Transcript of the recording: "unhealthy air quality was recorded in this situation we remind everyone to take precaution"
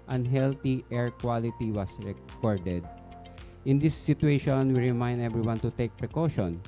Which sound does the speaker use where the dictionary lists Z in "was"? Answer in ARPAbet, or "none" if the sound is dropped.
S